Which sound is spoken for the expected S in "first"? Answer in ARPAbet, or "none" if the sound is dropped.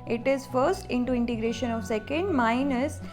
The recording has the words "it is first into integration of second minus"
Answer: S